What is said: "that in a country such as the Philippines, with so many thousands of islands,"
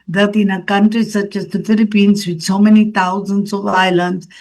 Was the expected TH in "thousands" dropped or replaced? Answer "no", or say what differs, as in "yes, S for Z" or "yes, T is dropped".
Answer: yes, T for TH